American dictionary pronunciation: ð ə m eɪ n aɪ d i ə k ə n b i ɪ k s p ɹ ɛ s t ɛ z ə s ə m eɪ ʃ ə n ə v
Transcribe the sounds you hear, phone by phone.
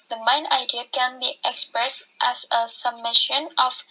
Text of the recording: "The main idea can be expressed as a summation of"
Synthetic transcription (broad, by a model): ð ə m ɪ n aɪ d i ə k ə n b i ɪ k s p ɹ ɛ s t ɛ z ə s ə m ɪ ʃ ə n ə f